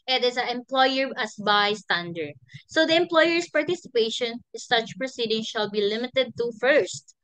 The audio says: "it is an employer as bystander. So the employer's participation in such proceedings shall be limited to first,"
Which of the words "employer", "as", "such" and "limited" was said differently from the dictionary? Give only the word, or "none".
as